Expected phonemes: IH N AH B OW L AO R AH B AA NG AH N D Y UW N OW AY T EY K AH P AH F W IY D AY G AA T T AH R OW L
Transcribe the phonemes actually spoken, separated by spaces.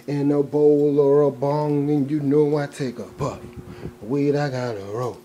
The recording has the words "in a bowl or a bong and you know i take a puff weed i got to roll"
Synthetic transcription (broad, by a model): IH N AH B OW L AO R AH B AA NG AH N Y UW N OW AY T EY K AH B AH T W IY D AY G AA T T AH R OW